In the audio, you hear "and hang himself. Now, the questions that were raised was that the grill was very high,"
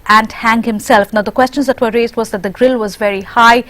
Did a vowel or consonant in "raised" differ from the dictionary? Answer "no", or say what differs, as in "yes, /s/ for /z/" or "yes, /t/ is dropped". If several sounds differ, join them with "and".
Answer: no